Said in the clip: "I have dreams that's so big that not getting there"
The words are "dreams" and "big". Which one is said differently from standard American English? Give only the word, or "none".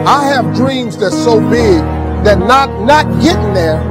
none